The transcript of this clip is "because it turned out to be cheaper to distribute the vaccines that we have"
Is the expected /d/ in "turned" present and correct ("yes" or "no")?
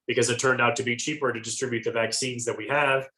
yes